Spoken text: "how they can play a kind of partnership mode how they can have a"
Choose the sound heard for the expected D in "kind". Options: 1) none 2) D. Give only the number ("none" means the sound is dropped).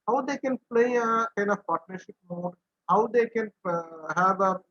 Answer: 1